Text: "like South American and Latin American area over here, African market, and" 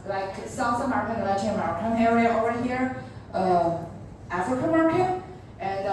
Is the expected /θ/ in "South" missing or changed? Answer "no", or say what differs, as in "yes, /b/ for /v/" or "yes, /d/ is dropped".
yes, /s/ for /θ/